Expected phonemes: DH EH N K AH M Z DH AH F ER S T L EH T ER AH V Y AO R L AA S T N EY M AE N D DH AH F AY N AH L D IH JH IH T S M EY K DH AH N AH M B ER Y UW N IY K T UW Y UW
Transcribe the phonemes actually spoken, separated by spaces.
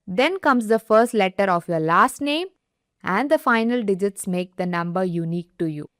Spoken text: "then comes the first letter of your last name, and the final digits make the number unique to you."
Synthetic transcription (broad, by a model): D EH N K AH M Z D AH F ER S T L EH T ER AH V Y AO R L AA S T N EY M AE N D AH F AY N AH L D IH JH IH T S M EY K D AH N AH M B ER Y UW N IY K T UW Y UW